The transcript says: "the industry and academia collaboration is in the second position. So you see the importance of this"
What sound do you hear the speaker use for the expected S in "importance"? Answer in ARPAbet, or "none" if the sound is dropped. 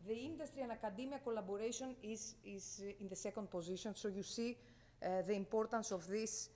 S